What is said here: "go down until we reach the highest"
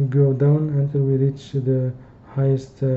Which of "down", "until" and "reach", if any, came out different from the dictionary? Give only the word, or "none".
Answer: none